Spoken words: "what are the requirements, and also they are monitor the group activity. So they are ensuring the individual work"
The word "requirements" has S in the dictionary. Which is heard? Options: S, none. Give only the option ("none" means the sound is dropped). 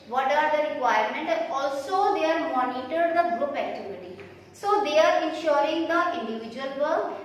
none